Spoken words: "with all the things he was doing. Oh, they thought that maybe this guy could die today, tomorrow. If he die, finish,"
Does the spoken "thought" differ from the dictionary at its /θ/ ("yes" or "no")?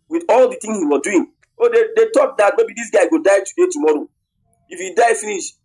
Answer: yes